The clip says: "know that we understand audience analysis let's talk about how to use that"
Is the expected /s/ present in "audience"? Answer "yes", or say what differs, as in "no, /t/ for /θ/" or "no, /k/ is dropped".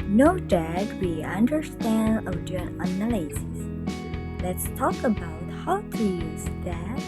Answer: no, /s/ is dropped